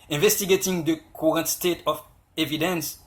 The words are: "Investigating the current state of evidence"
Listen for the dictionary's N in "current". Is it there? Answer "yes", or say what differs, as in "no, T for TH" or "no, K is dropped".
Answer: yes